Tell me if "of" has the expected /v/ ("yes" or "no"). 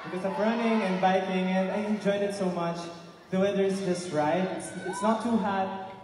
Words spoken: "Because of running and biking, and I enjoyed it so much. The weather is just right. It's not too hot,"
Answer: no